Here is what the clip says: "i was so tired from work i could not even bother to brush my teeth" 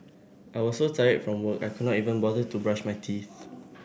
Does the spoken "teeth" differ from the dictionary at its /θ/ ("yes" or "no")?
no